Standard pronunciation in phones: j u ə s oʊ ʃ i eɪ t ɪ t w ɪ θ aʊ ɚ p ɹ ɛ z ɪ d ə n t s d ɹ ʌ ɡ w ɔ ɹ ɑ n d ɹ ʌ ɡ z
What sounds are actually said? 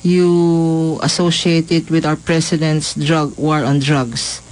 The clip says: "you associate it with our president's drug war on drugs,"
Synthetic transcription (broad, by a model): j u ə s oʊ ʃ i eɪ t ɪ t w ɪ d aʊ ɚ p ɹ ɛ s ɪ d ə n t s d ɹ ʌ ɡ w ɔ ɹ ɑ n d ɹ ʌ ɡ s